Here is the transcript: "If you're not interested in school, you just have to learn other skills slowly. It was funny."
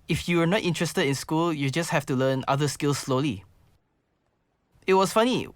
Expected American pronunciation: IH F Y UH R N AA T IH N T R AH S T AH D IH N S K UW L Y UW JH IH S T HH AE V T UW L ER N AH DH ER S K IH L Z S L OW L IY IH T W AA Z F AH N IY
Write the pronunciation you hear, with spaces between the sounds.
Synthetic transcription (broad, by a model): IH F Y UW W N AA T IH N T R AH S T AH D IH N S K UW L Y UW JH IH S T HH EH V T UW L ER N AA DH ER S K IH L S L OW L IY IH T W AA S F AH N IY